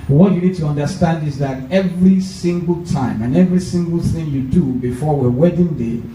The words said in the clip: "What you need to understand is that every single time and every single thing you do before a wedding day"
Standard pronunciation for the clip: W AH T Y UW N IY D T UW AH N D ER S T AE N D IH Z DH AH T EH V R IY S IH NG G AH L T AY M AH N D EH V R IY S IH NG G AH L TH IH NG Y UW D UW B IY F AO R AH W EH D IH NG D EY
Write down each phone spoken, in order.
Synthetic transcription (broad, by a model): W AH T Y UW N IY D T UW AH N D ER S T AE N D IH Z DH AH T EH V R IY S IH NG G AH L T AY M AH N EH V R IY S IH NG G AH L TH IH NG Y UW D UW B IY F AO W AH W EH D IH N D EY